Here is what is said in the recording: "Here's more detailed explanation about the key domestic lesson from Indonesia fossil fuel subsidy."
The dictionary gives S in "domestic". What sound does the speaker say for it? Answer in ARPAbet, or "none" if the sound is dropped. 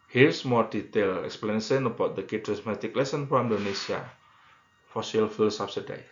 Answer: none